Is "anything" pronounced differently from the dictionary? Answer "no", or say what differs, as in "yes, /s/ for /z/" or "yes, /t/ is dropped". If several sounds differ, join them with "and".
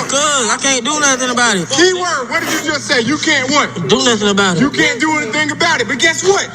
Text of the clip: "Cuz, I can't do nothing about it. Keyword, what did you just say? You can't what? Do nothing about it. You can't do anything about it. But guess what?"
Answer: no